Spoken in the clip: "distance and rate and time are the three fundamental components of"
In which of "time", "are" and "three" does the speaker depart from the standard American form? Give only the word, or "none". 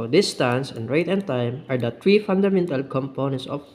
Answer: three